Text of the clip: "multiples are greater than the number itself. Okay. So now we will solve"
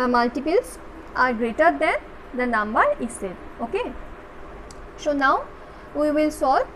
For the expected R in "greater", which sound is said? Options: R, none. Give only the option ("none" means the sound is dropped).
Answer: R